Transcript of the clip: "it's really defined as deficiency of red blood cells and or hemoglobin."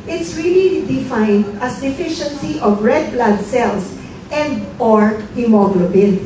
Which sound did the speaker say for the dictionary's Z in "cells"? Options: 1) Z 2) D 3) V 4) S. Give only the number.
4